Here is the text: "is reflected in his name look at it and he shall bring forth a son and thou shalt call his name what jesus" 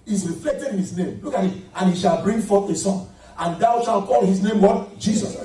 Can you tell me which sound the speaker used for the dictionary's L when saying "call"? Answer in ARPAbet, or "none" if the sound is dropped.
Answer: L